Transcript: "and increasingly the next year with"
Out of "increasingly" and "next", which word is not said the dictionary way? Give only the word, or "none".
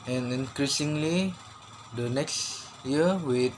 none